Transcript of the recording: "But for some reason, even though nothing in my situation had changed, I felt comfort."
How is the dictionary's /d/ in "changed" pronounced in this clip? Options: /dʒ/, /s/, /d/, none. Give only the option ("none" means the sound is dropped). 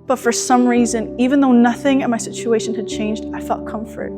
/d/